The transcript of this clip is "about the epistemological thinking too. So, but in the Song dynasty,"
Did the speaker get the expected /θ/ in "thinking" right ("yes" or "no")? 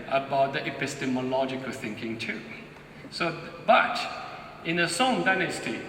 yes